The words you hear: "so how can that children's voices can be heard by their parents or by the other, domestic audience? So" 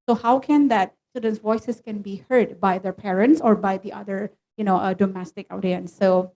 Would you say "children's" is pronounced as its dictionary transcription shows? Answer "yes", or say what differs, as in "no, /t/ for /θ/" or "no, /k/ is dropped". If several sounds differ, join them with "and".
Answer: no, /l/ is dropped and /ɹ/ is dropped and /s/ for /z/